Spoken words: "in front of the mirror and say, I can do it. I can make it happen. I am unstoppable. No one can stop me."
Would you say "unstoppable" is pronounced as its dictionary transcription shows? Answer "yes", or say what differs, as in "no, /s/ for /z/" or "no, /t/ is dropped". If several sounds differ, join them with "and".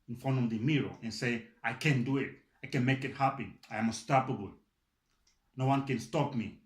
no, /n/ is dropped